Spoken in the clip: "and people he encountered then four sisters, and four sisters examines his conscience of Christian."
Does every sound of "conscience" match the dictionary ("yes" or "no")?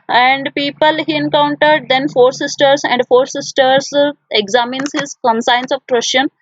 no